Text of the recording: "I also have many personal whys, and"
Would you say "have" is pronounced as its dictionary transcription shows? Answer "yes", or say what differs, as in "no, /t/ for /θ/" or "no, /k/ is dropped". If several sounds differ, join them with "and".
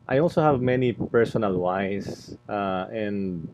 yes